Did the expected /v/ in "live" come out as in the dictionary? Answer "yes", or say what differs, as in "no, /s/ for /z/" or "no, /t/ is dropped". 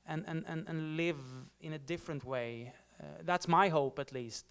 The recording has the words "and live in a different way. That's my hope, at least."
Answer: yes